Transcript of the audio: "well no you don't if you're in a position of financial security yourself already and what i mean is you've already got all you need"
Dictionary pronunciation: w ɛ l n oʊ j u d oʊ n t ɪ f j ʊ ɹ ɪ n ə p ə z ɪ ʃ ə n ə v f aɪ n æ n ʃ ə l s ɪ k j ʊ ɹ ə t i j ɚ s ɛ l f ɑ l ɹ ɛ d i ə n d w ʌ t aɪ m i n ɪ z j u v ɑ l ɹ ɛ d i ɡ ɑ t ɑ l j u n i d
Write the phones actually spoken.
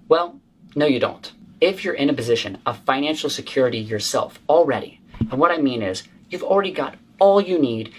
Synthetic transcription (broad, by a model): w ɛ l n oʊ j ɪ d oʊ n t ɪ f j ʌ ɹ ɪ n ə p ə z ɪ ʃ ə n ə v f aɪ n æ n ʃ l s ɪ k j ʊ ɹ ə t i j ɚ s ɛ l f l ɹ ɛ d i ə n w ʌ t aɪ m i n ɪ z j u v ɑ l ɹ ɛ d i ɡ ɑ t ɑ l j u n i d